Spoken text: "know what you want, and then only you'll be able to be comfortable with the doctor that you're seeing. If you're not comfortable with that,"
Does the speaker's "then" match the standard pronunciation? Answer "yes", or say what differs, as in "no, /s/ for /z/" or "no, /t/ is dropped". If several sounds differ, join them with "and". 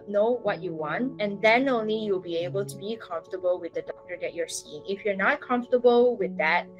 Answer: yes